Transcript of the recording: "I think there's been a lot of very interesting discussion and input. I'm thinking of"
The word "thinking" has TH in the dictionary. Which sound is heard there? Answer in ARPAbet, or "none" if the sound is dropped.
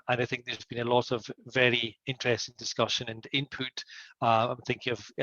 TH